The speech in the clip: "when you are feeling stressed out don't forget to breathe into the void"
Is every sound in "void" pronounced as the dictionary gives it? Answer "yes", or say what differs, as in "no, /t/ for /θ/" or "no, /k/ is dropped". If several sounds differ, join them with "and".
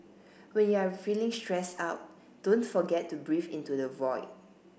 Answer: yes